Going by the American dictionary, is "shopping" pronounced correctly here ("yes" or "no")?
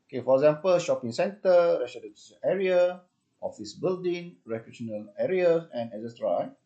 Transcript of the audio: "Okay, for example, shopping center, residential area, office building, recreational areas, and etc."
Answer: yes